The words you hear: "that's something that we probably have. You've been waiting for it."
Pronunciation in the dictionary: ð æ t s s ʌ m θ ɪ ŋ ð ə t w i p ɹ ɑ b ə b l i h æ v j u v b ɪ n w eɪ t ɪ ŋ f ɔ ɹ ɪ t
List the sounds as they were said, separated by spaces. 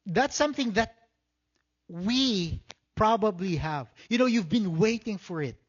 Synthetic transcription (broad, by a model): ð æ t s s ʌ m θ ɪ ŋ ð ə t w i p ɹ ɑ b ə b l i h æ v j u v b ɪ n w eɪ t ɪ ŋ f ɔ ɹ ɪ t